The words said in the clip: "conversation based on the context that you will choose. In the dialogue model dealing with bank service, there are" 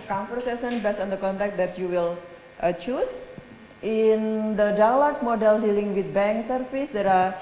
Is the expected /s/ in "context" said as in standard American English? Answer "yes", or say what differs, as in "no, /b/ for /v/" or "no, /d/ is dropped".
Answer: no, /s/ is dropped